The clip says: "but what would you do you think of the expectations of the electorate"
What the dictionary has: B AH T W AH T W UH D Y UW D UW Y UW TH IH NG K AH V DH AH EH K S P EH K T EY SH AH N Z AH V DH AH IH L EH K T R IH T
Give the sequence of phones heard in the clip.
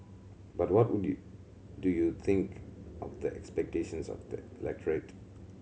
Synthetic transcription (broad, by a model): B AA T W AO T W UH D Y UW D UW Y UW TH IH NG K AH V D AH EH K S P EH K T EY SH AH N S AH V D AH IH L EH K T R IH T